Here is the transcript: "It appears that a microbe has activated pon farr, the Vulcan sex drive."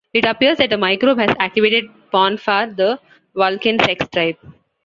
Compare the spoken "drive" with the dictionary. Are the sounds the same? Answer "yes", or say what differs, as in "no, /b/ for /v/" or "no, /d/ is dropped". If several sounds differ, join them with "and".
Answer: no, /p/ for /v/